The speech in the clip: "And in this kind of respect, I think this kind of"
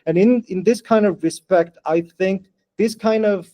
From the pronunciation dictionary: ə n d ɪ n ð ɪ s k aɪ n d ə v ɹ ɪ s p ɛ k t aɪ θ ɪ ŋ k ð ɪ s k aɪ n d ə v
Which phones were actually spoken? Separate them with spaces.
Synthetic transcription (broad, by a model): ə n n ɪ n ð ɪ s k aɪ n d ə v ɹ ɪ s p ɛ k t aɪ θ ɪ ŋ k ð ɪ s k aɪ n d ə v